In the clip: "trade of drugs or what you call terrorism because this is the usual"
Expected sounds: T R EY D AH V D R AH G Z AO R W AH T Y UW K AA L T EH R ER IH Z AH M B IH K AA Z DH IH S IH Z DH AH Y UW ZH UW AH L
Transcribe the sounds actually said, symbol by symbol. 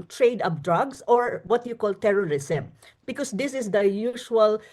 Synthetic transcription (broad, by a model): T R EY D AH P D R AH G S AO R W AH T Y UW K AA L T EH R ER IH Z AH M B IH K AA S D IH S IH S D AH Y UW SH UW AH L